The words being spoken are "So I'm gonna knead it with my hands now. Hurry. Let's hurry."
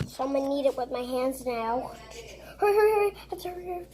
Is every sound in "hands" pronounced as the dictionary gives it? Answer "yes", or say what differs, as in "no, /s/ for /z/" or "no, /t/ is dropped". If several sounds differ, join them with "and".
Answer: yes